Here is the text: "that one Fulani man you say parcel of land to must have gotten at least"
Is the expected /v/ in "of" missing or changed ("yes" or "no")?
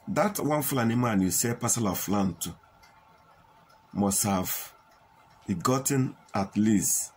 yes